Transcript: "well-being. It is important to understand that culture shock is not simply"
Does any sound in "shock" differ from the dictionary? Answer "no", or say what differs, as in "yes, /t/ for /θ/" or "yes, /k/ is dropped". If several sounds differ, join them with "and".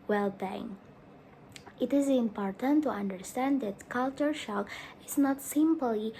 no